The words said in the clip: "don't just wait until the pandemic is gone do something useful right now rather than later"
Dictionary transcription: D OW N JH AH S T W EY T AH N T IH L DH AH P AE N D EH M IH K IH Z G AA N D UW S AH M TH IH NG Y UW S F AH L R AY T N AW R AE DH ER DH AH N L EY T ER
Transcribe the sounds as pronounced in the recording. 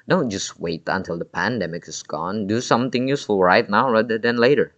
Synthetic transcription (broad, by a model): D OW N JH AH S T W EY T AH N T IH L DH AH P AE N D EH M IH K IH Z G AA N D UW S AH M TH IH NG Y UW S F AH L R AY T N AW R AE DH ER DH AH N L EY T ER